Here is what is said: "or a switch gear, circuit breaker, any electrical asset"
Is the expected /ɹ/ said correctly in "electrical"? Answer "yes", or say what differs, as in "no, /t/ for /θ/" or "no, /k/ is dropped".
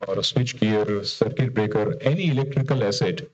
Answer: yes